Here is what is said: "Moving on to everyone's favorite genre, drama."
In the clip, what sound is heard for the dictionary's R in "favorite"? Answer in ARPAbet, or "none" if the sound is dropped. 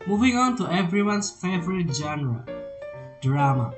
R